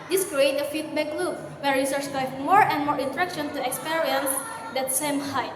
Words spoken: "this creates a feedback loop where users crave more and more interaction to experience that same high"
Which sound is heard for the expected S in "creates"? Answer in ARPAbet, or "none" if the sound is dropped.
none